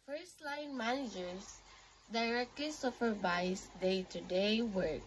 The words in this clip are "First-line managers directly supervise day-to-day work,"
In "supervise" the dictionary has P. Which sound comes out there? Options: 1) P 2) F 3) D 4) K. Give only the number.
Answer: 2